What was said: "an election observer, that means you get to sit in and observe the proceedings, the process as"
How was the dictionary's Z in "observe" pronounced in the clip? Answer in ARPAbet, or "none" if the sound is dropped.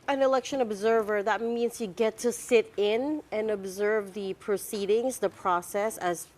Z